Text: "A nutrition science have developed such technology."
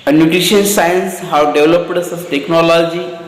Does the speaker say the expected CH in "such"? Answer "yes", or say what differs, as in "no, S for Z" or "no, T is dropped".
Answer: no, S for CH